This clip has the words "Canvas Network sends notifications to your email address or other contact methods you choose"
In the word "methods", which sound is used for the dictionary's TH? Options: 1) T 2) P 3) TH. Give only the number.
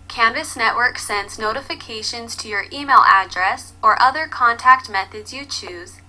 3